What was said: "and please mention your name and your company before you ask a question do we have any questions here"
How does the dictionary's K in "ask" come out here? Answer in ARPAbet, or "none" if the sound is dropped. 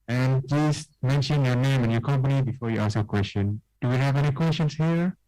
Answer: none